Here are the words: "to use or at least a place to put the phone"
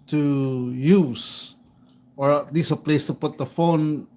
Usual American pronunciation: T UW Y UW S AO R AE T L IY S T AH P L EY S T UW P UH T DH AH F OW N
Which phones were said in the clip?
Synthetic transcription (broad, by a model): T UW Y UW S AO R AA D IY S AH P L EY S T UW P UH T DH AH F OW N